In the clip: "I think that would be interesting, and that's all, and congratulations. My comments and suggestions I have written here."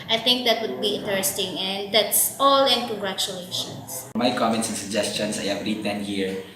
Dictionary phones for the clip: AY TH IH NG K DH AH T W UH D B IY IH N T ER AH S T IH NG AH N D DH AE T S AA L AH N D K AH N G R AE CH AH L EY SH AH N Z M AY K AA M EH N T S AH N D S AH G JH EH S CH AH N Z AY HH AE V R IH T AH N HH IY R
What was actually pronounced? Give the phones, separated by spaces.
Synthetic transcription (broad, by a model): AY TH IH NG K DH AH T W UH D B IY IH N T ER AH S T IH NG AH N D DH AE T S AA L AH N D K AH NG G R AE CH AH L EY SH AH N S M AY K AA M EH N T S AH N S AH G JH EH S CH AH N S AY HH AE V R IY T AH N HH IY R